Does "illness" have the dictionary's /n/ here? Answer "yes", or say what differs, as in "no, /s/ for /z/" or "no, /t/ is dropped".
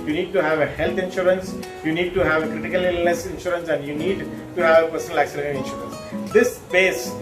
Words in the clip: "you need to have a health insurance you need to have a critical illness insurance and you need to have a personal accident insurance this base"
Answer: no, /n/ is dropped